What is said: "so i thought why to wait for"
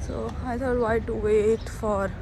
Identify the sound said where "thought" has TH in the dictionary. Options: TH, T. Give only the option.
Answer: T